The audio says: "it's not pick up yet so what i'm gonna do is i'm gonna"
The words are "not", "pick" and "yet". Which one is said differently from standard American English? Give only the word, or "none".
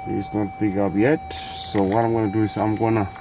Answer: pick